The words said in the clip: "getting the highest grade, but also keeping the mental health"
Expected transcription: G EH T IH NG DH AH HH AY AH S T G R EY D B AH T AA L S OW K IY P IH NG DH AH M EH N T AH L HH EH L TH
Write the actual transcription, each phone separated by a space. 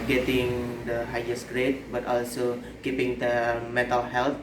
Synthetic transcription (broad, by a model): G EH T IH NG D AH HH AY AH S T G R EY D B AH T AA L S OW K IY P IH NG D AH M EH T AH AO HH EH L